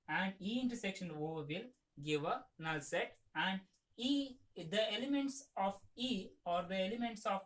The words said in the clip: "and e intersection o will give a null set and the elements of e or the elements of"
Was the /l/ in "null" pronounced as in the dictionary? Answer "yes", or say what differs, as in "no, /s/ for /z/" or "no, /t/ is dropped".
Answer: yes